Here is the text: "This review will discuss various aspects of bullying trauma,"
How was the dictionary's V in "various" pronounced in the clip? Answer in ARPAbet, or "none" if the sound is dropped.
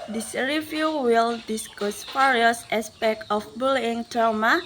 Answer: F